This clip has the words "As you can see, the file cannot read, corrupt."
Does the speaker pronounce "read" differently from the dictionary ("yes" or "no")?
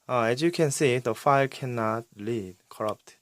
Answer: yes